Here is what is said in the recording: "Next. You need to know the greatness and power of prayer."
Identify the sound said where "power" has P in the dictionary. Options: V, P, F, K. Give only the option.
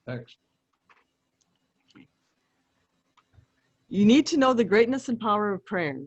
P